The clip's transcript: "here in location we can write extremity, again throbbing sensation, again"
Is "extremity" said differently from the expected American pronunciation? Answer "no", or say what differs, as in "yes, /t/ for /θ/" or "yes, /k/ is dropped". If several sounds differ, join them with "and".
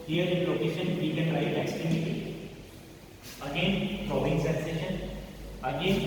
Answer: yes, /ɹ/ is dropped